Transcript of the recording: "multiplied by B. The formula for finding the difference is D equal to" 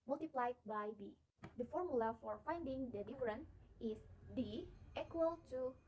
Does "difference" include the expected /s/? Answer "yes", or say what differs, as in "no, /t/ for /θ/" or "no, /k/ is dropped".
no, /s/ is dropped